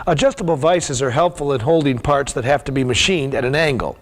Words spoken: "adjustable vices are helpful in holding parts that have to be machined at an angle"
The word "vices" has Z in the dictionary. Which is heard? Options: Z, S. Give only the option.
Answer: Z